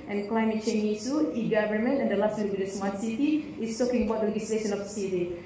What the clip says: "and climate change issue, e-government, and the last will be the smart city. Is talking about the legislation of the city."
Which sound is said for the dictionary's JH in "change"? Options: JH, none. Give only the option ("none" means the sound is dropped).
none